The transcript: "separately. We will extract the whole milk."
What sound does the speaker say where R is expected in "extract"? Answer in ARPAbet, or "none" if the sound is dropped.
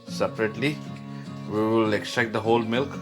none